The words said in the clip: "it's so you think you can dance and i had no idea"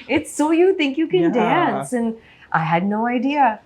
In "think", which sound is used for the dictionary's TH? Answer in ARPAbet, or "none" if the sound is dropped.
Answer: TH